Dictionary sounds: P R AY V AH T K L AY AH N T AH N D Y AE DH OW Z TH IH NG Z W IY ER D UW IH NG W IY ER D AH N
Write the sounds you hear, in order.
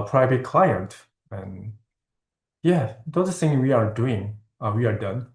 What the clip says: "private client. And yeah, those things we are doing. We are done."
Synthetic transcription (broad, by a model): P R AY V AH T K L AY AH N T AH N Y AE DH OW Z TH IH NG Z W IY ER D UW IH NG W IY ER D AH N